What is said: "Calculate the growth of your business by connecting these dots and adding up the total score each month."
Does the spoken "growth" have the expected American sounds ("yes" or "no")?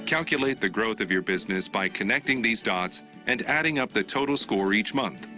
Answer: yes